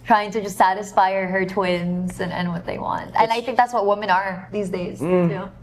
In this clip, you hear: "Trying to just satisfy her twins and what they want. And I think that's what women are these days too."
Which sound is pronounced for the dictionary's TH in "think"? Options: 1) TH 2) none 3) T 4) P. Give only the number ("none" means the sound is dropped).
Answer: 1